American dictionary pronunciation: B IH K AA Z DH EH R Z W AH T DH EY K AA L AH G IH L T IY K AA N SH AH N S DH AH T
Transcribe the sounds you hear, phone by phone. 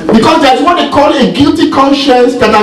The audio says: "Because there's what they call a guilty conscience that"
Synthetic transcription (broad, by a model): B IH K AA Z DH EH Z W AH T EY K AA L AH G IH L T IY K AA N SH AH N S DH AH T